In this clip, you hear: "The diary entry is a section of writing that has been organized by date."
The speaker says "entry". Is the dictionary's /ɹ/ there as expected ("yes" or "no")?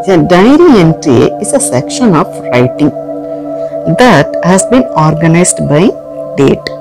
no